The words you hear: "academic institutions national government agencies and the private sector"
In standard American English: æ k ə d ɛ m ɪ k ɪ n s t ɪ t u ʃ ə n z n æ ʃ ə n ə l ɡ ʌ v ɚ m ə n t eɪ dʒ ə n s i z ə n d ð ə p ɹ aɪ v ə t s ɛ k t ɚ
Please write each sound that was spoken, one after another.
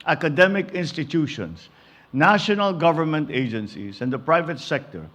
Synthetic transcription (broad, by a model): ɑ k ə d ɛ m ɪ k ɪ n s t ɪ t u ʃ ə n s n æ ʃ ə n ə l ɡ ʌ v ɚ m ə n t eɪ dʒ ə n s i s ə n d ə p ɹ aɪ v ə t s ɛ k t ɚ